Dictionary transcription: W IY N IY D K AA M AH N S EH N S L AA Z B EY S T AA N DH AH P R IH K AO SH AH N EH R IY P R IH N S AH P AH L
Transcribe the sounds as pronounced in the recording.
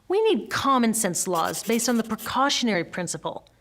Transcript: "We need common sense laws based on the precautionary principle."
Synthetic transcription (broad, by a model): W IY N IY D K AA M AH N S EH N S L AA Z B EY S T N DH AH P R IH K AO SH AH N EH R IY P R IH N S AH P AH L